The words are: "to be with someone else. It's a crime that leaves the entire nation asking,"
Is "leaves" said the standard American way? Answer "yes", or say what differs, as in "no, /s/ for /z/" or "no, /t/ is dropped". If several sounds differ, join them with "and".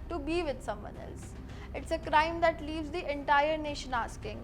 yes